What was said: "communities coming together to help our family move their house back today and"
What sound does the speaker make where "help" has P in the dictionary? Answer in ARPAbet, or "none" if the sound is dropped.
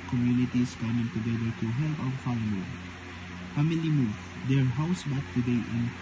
F